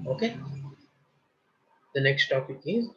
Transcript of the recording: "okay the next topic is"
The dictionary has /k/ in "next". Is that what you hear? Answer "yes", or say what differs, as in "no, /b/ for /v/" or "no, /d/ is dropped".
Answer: yes